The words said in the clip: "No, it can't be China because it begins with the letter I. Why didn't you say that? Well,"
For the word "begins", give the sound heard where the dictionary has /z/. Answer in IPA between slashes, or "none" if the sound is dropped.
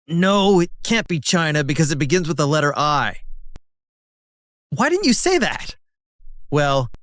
/z/